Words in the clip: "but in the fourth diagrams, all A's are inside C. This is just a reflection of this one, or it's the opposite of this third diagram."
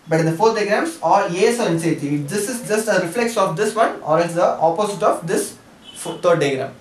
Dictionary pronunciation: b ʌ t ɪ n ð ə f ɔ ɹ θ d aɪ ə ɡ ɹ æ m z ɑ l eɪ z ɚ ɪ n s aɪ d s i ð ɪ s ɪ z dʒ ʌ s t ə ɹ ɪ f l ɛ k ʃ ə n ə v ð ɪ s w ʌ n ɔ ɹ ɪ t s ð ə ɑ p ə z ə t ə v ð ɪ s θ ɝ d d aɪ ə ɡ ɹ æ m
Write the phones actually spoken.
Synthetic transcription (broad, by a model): b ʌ t ɪ n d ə f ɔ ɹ d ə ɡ ɹ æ m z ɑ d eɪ s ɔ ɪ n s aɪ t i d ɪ s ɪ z dʒ ʌ s t ə ɹ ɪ f l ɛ k s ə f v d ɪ s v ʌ n ɔ ɹ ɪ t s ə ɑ p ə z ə t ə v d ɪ s t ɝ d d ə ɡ ɹ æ m